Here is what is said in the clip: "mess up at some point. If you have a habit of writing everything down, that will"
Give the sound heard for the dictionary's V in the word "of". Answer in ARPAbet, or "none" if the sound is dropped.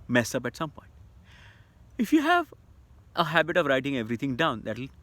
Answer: V